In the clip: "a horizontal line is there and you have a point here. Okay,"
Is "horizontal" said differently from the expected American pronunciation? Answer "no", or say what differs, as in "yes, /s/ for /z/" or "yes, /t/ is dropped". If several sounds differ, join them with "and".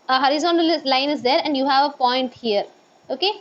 no